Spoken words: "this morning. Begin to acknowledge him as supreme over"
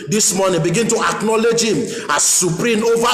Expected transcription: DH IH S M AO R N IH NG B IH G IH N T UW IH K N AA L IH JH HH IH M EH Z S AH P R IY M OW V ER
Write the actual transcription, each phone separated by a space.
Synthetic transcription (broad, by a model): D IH S M AO N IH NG B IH G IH N T UW IH K N AA L IH JH HH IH M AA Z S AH P R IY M OW V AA